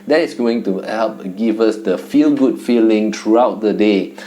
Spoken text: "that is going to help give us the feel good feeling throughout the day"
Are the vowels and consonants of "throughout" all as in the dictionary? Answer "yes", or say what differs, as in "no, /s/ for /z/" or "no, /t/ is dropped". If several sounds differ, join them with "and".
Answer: no, /t/ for /θ/